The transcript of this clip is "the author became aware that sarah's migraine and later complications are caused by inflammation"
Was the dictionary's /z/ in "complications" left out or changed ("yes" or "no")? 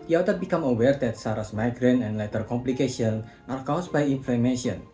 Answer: yes